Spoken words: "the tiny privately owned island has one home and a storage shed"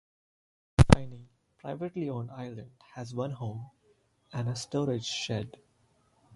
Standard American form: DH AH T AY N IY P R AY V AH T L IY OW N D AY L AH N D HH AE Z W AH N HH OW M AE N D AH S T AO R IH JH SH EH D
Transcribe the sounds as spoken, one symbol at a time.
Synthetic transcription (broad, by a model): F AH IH N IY P R AY V AH T L IY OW N AY L AH N D HH AE Z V AH N HH OW M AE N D AH S T AO R IH JH SH EH D